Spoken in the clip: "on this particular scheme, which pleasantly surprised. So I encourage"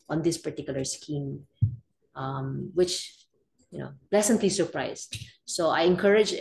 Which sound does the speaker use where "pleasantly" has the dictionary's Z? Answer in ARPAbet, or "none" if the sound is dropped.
S